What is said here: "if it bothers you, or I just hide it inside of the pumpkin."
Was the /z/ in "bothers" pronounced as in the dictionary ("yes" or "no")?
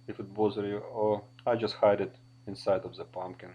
no